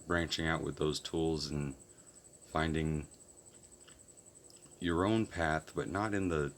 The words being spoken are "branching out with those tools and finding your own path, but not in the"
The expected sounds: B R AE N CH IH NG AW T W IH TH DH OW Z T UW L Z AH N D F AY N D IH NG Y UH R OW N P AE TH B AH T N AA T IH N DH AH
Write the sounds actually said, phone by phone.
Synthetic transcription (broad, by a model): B R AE N CH IH NG AW T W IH DH OW Z T UW L Z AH N F AY N D IH NG Y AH R OW N P AE TH B AH T N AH T IH N DH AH